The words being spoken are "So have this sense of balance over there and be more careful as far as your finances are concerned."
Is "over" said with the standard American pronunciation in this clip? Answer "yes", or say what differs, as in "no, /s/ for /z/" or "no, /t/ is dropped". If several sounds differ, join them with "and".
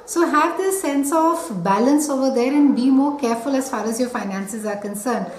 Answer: yes